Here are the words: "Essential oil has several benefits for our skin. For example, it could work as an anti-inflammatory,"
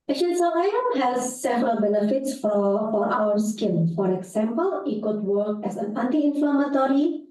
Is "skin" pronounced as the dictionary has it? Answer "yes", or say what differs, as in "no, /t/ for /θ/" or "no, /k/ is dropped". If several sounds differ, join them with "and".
no, /l/ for /n/